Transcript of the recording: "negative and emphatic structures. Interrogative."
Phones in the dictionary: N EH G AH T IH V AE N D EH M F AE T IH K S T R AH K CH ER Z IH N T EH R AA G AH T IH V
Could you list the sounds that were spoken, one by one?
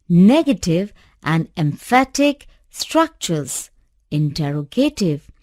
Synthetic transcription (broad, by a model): N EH G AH T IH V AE N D EH M F AE T IH K S T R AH K CH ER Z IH N T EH R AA G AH T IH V